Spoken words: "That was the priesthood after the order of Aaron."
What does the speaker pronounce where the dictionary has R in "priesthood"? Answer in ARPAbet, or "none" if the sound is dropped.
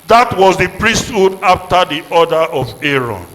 R